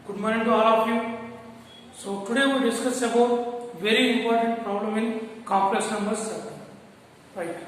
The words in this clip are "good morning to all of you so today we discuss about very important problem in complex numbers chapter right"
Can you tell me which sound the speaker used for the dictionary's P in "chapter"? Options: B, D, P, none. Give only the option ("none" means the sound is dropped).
none